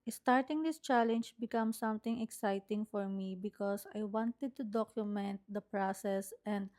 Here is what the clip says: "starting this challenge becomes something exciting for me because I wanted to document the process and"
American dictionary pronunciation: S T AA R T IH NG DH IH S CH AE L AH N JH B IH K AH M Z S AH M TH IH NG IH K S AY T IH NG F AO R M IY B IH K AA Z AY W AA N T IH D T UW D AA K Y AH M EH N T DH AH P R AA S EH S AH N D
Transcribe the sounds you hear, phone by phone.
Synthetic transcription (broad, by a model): S T AA R T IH NG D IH S CH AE L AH N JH B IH K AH M S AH M T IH NG IH K S AY T IH NG F AO R M IY B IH K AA S AY W AA N T IH D T UW D AA K Y AH M EH N T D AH P R AA S EH S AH N D